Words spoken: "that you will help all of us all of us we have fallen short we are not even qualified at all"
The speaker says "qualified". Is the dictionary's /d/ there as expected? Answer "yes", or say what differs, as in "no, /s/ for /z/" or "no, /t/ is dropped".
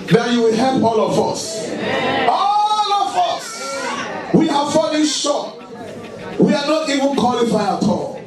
no, /d/ is dropped